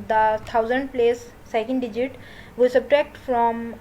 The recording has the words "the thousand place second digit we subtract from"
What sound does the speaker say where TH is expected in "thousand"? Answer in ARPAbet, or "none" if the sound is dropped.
T